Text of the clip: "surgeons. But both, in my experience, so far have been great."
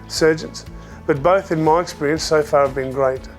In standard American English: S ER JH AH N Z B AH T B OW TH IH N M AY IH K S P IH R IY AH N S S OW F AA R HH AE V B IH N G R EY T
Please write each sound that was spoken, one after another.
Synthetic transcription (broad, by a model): S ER JH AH N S B AH T B OW TH IH N M AY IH K S P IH R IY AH N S S OW F AA R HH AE V B IH N G R EY T